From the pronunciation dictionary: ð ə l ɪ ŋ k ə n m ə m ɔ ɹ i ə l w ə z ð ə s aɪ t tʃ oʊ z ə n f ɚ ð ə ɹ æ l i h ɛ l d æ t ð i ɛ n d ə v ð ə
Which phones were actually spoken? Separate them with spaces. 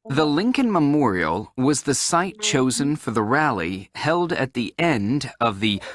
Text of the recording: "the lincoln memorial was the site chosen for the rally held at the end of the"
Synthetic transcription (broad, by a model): ð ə l ɪ ŋ k ə n m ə m ɔ ɹ i l w ə z ð ə s aɪ t tʃ oʊ z ə n f ɚ ð ə ɹ æ l i h ɛ l d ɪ t ð i ɛ n d ə v ð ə